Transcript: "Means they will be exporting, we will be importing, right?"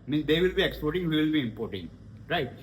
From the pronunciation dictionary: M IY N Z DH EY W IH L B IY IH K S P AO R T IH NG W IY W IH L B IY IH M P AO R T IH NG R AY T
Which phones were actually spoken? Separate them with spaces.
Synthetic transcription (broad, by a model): M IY N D EY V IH L B IY IH K S P AO R T IH NG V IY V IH L B IY IH M P AO R T IH NG R AY T